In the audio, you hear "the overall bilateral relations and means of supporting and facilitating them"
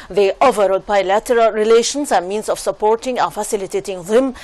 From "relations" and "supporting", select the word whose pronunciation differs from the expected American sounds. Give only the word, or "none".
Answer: relations